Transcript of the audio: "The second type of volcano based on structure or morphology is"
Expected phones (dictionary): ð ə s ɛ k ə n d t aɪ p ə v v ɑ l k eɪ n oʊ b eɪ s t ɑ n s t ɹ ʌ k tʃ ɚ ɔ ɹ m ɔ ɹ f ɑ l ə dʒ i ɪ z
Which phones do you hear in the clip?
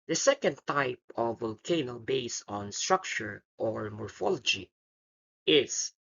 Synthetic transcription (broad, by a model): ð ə s ɛ k ə n d t aɪ p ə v v ɑ l k eɪ n oʊ b eɪ s ɑ n s t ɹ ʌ k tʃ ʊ ɔ ɹ m ɔ ɹ f ɑ l ə dʒ i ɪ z